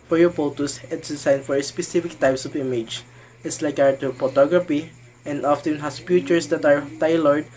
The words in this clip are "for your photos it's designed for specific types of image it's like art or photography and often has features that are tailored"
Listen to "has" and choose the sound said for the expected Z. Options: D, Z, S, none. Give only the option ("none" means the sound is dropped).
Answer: S